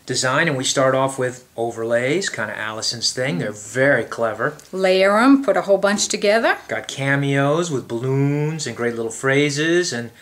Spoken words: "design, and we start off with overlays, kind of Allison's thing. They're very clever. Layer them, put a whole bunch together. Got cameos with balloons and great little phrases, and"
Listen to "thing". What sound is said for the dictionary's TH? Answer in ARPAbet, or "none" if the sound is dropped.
TH